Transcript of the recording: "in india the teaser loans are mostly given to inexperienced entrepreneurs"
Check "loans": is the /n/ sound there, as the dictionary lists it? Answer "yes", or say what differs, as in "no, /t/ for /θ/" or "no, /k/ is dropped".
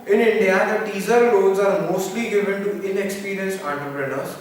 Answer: no, /l/ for /n/